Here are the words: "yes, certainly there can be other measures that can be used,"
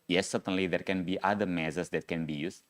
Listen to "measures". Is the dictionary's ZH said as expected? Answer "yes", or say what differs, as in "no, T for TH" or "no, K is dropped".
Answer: no, S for ZH